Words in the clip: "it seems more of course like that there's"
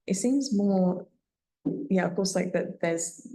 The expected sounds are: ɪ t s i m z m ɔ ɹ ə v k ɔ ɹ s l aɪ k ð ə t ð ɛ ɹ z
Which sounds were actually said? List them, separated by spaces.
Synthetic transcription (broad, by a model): ɪ t s i m z m ɔ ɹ ə v k ɔ ɹ s l aɪ k ð ə t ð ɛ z